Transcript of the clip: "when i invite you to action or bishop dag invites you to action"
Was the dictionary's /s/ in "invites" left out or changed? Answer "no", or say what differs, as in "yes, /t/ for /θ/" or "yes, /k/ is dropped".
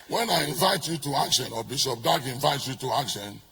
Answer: yes, /s/ is dropped